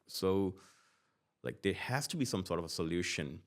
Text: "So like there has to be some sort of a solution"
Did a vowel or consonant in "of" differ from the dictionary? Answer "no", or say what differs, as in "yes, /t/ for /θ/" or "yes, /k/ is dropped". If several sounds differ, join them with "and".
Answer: no